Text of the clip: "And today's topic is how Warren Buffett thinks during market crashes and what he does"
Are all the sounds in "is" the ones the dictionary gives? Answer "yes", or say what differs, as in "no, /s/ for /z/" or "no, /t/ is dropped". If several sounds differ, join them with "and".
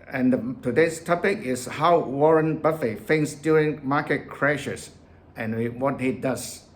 no, /s/ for /z/